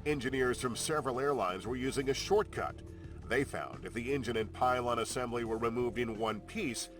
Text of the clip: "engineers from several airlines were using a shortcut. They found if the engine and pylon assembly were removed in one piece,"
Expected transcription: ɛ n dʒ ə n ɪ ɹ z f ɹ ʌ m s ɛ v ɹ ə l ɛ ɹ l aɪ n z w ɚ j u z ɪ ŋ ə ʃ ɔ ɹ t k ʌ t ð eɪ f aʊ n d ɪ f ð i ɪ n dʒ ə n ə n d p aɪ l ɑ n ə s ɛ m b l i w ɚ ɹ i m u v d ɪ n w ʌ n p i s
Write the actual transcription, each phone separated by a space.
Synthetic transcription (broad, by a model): ɛ n dʒ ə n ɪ ɹ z f ɹ ʌ m s ɛ v ɹ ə l ɛ ɹ l aɪ n z w ɚ j u z ɪ ŋ ə ʃ ɔ ɹ t k ʌ t ð eɪ f aʊ n d ɪ f ð i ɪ n dʒ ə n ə n p aɪ l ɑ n ə s ɛ m b l i w ɚ ɹ i m u v d ɪ n w ʌ n p i s